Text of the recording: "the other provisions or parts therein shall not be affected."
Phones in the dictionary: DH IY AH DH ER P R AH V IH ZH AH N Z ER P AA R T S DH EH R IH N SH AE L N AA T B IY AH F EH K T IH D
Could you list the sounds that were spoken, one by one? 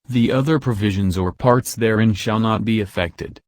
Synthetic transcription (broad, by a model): DH IY AH DH ER P R AH V IH ZH AH N Z ER P AA R T S DH EH R IH N SH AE L N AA T B IY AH F EH K T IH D